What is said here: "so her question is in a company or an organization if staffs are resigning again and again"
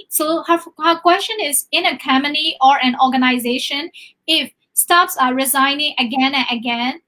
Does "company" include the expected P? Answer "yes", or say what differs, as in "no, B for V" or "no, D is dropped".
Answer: no, P is dropped